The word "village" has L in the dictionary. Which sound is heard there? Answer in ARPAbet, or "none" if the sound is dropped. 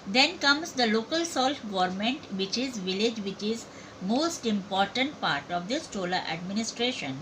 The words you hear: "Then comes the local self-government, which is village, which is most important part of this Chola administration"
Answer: L